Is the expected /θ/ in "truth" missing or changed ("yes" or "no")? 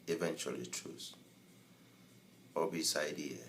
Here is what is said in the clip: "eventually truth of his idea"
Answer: yes